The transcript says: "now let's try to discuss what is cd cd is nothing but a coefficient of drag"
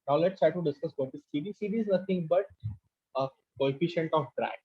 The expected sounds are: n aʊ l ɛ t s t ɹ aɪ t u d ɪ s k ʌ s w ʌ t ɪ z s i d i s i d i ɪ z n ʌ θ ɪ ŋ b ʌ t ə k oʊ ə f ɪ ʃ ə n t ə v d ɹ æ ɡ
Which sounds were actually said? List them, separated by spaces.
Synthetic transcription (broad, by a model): n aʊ l ɛ t s t ɹ aɪ t u d ɪ s k ʌ s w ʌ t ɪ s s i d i s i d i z n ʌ t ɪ ŋ b ʌ t ə k oʊ ə f ɪ ʃ ə n t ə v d ɹ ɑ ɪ